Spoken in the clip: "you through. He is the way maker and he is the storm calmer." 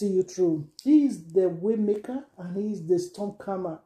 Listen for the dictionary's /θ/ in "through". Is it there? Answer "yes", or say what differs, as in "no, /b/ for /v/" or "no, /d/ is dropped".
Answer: no, /t/ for /θ/